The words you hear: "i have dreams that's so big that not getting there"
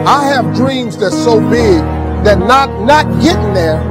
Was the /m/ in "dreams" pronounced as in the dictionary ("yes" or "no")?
yes